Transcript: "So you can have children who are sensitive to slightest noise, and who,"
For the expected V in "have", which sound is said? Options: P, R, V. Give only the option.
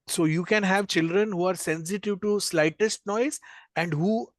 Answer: V